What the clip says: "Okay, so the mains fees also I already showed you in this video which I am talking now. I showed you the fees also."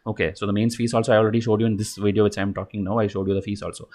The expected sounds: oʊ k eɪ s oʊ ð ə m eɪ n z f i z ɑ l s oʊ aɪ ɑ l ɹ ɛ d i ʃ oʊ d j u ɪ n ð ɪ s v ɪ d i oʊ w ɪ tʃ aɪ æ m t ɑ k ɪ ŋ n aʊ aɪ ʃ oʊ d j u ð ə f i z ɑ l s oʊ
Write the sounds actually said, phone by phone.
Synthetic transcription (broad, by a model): oʊ k eɪ s oʊ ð ə m eɪ n s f i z ɑ l s oʊ aɪ ɑ l ɹ ɛ d i ʃ oʊ d j u ɪ n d ɪ s v ɪ d i oʊ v ɪ tʃ aɪ m t ɑ k ɪ ŋ n aʊ aɪ ʃ oʊ d j u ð ə f i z ɑ l s oʊ